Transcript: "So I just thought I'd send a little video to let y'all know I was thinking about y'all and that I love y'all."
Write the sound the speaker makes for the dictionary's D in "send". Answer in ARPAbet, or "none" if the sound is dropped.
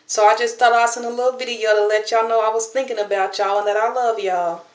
none